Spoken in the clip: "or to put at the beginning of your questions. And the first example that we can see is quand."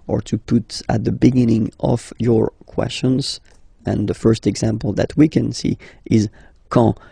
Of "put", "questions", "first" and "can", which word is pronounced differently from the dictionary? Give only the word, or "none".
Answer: none